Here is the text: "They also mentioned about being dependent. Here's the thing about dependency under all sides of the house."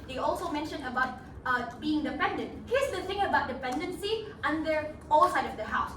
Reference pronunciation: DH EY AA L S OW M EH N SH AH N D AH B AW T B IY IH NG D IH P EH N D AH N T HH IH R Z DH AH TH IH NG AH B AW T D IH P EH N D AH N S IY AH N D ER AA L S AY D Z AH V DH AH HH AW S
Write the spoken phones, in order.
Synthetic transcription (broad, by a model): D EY AA L S OW M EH N SH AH N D AH B AW T B IY IH NG D IH P EH N D AH N T HH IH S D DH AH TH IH NG AH B AW T D IH P EH N D AH N S IY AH N D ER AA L S AY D AH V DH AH HH AW S